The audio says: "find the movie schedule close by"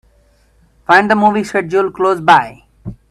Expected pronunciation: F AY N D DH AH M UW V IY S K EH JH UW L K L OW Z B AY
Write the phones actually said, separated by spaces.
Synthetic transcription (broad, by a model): F AY N D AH M UW V IY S EH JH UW L K L OW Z B AY